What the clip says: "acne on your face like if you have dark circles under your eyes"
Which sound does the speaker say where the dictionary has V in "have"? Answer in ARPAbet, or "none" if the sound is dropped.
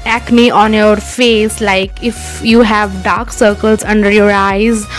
V